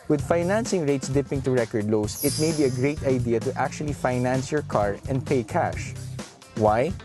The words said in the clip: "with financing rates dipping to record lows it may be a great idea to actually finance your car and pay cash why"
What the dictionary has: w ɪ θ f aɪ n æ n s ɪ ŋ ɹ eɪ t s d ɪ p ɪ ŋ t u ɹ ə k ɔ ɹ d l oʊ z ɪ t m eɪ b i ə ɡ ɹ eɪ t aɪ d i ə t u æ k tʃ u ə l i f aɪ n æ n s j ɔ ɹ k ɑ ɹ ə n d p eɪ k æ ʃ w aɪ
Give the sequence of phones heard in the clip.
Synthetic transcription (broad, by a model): w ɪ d f aɪ n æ n s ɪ ŋ ɹ eɪ t s d ɪ p ɪ ŋ t u ɹ ə k ɔ ɹ d l oʊ s ɪ t m eɪ b i ə ɡ ɹ eɪ t aɪ d i ə t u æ k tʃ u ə l i f aɪ n æ n s j ɔ ɹ k ɑ ɹ ə n d p eɪ k æ ʃ w aɪ